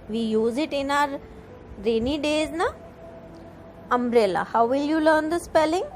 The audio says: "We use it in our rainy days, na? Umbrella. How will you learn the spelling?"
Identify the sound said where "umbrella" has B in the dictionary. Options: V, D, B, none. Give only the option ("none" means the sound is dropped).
none